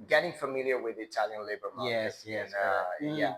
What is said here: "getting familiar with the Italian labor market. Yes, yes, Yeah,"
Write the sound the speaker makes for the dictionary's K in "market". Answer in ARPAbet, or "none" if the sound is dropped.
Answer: none